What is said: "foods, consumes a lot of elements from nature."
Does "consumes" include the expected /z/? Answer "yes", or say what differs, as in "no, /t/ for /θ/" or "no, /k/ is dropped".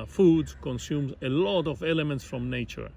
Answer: yes